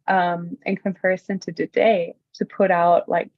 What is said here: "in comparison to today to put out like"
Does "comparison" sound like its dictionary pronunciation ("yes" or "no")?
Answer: yes